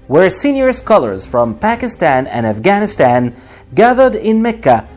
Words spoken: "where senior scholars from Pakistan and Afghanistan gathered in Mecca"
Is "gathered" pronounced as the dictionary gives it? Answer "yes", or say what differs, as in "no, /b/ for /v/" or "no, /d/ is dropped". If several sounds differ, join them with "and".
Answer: yes